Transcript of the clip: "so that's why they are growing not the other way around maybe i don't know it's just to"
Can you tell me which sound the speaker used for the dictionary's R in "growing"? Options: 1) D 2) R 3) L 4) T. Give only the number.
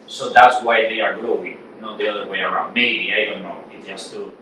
3